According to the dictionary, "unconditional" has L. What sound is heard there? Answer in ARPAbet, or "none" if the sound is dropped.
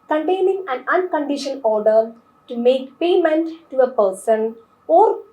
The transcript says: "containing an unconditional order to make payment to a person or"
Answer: N